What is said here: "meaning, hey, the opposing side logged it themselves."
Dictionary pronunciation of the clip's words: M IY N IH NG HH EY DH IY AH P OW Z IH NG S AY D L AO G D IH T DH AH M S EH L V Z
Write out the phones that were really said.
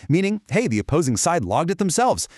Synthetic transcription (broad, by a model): M IY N IH NG HH EY DH IY AH P OW Z IH NG S AY D L AO G D IH T DH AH M S EH L V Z